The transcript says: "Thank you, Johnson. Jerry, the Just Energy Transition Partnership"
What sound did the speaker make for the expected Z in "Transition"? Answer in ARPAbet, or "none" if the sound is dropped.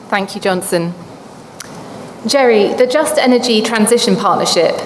Z